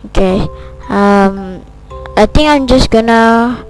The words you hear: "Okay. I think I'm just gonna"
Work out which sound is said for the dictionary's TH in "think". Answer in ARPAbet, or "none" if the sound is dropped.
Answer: T